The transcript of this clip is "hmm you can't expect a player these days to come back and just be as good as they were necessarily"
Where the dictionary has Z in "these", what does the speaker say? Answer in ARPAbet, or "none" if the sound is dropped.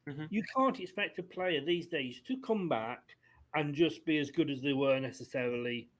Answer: Z